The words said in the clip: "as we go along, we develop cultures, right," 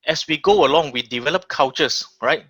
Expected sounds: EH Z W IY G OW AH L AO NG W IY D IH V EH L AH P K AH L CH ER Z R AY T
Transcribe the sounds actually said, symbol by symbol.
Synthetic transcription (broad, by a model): EH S W IY G OW AH L AO NG W IY D IH V EH L AH P K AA W CH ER S R AY T